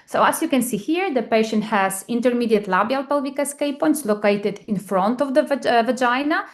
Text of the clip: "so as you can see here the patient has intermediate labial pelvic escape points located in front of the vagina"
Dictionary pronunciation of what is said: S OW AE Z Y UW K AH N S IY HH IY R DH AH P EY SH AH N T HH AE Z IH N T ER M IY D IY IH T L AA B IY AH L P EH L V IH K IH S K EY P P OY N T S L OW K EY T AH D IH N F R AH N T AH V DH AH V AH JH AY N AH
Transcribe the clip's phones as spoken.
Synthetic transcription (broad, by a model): S OW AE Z Y UW K AH N S IY HH IY R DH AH P EY SH AH N T HH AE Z IH N T ER M IY D IY IH T L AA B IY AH L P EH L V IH K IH S K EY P P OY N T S L OW K EY T AH D IH N F R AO N T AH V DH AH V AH JH AY N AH